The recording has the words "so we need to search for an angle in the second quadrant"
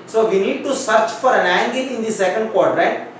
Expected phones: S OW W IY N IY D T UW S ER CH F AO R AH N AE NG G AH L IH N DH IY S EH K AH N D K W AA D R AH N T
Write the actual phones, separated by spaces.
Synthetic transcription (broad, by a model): S OW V IY N IY D T UW S ER CH F AO R AH N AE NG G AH IH N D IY S EH K AH N D K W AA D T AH T